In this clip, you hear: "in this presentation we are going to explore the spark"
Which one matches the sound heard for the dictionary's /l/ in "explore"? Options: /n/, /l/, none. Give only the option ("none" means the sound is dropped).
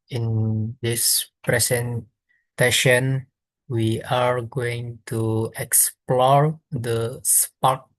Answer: /l/